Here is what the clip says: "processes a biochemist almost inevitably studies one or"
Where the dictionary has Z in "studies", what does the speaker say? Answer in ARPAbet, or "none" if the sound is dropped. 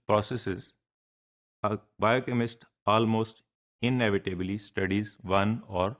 Z